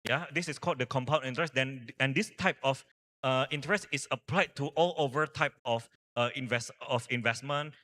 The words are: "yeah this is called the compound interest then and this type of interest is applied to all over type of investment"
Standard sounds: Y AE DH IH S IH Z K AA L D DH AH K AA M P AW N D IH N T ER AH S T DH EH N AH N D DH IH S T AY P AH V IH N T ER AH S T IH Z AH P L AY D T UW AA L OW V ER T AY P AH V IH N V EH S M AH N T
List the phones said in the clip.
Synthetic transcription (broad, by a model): Y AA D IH S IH S K AA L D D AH K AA M P AW N IH N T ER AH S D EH N AH N D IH S T AY P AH F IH N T ER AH S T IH S AH P L AY D T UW AA L OW V ER T AY P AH V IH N V EH S M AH N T